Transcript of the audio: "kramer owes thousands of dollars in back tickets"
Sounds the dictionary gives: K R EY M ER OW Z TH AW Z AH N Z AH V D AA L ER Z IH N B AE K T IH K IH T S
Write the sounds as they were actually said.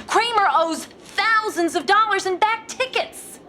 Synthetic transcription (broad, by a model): K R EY M ER OW Z TH AW Z AH N Z AH V D AA L ER Z IH N B AE K T IH K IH T S